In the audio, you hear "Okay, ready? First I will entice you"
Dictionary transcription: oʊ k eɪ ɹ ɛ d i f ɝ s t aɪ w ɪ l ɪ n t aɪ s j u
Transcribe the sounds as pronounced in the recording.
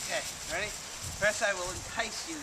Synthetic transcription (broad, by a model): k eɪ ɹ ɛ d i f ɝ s aɪ w ɪ l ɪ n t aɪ s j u